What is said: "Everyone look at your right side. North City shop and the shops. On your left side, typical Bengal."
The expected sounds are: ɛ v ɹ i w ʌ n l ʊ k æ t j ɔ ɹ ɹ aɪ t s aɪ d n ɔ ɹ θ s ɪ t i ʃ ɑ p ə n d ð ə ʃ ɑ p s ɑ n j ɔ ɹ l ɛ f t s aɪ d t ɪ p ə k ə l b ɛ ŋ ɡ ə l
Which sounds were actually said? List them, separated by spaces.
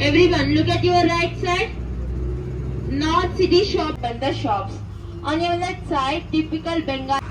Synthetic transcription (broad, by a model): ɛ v ɹ i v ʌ n l ʊ k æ t j ɔ ɹ ɹ aɪ t s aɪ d n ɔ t s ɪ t i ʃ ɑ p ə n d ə ʃ ɑ p s ɑ n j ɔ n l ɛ t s aɪ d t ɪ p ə k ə l b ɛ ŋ ɡ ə